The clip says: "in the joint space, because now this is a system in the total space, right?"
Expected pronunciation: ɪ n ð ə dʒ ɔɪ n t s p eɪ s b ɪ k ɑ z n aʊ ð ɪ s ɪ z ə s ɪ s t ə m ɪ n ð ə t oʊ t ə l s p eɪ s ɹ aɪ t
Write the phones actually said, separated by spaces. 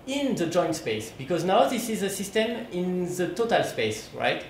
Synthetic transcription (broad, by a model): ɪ n ð ə dʒ ɔɪ n t s p eɪ s b ɪ k ɑ z n aʊ ð ɪ s ɪ z ə s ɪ s t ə m ɪ n ð ə t oʊ t ə l s p eɪ s ɹ aɪ t